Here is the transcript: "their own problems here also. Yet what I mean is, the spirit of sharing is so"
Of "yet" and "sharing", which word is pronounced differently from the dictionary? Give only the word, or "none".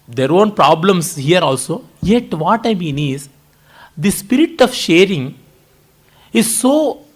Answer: none